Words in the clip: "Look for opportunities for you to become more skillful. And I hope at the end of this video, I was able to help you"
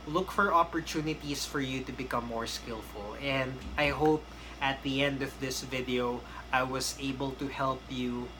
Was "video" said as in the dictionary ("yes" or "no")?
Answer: yes